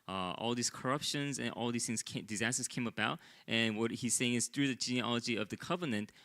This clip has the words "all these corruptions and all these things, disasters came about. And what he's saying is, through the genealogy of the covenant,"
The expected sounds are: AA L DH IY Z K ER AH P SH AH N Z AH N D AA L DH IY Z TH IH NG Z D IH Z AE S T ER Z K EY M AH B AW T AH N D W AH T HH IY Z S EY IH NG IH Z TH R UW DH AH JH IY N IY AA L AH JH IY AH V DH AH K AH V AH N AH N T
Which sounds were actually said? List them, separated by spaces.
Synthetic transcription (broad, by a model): AA L DH IY Z K ER AH P SH AH N Z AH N AA L DH IY Z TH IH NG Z D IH Z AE S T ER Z K EY M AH B AW T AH N W AH T HH IY Z S EY IH NG IH Z TH R UW DH AH JH IY N IY AA L AH JH IY AH V DH AH K AH V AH N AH N T